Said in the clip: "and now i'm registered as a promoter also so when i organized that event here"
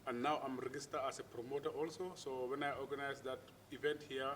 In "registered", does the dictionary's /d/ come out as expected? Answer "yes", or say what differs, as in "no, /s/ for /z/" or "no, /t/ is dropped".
no, /d/ is dropped